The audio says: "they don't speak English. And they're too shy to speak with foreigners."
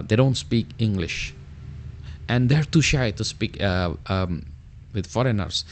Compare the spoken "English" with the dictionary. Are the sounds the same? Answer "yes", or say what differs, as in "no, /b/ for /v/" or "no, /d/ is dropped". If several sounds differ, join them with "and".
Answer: yes